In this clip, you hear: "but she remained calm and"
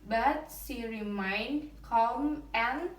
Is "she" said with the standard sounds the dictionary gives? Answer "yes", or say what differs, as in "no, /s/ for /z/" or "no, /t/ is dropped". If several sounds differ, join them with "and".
no, /s/ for /ʃ/